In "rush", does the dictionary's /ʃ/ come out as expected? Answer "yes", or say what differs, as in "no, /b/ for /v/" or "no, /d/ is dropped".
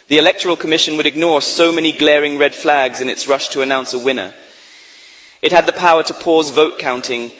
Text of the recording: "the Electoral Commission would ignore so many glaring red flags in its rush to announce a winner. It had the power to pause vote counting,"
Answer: yes